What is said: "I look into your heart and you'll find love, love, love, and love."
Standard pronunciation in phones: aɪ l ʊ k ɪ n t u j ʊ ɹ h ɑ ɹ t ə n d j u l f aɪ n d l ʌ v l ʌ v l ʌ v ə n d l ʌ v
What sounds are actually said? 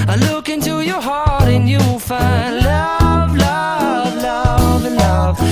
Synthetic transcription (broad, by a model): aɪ l ʊ k ɪ n t u j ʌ ɹ h ɑ ɹ t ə n j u w f aɪ n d l ʌ v l ʌ v l ʌ v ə n l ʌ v